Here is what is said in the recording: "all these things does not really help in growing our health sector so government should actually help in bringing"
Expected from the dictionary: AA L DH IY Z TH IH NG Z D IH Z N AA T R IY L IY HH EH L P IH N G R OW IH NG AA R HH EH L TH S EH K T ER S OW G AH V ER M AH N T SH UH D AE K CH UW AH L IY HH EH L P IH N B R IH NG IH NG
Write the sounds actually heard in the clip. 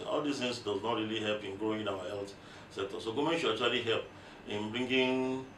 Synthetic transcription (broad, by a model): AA L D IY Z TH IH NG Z D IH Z N AA T R IY L IY HH EH L P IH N G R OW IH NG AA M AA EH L T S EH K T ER S OW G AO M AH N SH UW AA CH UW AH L IY HH EH L P IH N B R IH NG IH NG